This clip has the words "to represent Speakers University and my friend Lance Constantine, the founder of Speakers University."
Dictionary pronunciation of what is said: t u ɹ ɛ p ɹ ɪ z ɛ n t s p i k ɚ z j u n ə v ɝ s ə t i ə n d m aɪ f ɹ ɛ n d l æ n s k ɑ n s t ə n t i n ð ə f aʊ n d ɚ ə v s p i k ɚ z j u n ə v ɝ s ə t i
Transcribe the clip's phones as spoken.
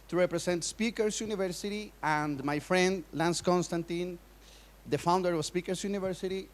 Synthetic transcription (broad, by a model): t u ɹ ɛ p ɹ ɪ s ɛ n t s p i k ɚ s j u n ə v ɝ s ə t i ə n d m aɪ f ɹ ɛ n d l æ n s k ɑ n s t ə n t i n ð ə f aʊ n d ɚ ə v s p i k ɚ s j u n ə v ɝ s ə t i